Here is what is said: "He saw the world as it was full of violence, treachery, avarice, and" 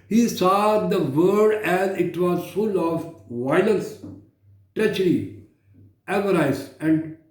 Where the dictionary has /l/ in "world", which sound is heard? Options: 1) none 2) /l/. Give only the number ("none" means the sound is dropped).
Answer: 1